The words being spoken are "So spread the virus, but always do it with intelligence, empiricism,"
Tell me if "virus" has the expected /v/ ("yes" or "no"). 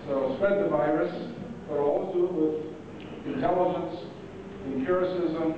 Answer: yes